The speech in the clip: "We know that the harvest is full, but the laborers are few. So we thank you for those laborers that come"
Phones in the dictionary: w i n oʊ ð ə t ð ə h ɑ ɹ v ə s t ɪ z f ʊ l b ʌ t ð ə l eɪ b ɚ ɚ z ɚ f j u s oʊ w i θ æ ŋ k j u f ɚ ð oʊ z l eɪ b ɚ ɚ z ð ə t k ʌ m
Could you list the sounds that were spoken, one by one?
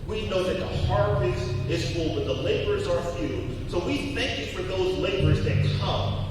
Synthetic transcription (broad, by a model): w i n oʊ ð ə t ð ə h ɑ ɹ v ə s ɪ z f ʊ l b ʌ t ð ə l eɪ b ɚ ɚ z ɚ f j u s oʊ w i θ æ ŋ k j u f ɚ ð oʊ z l eɪ b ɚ ɚ z ð ə t k ʌ m